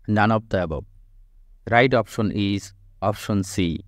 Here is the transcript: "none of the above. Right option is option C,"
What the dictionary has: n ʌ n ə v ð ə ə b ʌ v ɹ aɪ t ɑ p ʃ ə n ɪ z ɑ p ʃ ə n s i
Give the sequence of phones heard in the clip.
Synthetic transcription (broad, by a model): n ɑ n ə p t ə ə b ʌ b ɹ aɪ t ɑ p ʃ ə n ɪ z ɑ p ʃ ə n s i